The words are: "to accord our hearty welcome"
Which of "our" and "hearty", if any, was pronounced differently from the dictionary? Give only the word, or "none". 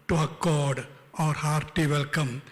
none